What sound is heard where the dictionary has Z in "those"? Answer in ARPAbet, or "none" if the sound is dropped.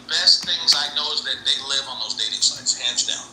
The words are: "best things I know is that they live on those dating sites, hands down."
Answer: Z